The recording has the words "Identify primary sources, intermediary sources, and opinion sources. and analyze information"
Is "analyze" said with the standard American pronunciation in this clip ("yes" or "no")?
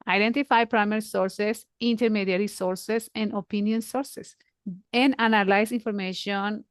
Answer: no